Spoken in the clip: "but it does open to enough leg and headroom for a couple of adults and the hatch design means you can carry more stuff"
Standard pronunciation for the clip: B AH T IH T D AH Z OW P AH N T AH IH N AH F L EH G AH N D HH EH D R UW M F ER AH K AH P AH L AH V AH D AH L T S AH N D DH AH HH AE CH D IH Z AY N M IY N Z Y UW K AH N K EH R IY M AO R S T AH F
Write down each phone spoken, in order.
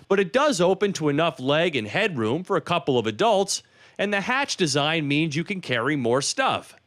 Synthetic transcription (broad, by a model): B AH T IH T D AH Z OW P AH N T AH IH N AH F L EH G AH N HH EH D R UW M F ER AH K AH P L AH V AH D AH L T S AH N DH AH HH AE CH D IH Z AY N M IY N Z Y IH K AH N K EH R IY M AO R S T AH F